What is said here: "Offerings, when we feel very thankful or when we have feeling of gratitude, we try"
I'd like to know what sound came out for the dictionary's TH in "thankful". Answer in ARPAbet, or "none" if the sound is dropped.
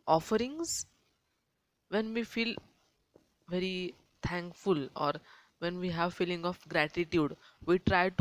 T